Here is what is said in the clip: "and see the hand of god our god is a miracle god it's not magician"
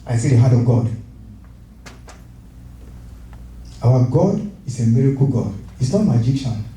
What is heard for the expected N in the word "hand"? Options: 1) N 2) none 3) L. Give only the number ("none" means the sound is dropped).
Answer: 2